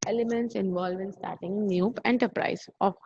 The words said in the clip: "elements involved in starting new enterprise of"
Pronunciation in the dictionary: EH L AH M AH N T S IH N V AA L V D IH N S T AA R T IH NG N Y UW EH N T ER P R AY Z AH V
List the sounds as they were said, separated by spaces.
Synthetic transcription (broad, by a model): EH L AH M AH N T S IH N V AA L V IH N S T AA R T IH NG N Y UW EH N T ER P R AY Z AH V